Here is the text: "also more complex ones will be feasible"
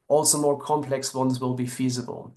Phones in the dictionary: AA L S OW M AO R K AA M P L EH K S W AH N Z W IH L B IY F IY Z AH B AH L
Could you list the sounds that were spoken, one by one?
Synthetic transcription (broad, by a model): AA L S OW M AO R K AA M P L EH K S W AH N Z W IH L B IY F IY Z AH B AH L